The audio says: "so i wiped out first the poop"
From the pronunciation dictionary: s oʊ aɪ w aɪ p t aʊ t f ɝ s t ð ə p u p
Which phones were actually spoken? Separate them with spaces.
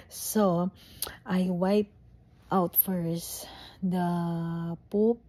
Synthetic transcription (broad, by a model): s oʊ aɪ w aɪ p t aʊ t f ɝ s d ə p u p